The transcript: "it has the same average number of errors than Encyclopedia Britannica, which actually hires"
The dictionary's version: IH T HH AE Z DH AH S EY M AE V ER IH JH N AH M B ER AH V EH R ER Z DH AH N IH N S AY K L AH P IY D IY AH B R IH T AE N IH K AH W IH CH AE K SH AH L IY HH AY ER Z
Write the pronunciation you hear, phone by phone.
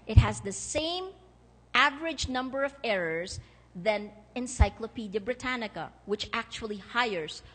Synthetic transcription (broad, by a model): IH T HH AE Z DH AH S EY M AE V ER IH JH N AH M B ER AH V EH R ER Z DH AH N IH N S AY K L AH P IY D IY AH B R IH T AE N IH K AH W IH CH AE K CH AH L IY HH AY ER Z